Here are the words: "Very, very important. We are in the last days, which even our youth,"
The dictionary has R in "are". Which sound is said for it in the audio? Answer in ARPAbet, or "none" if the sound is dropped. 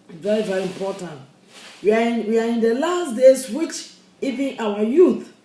W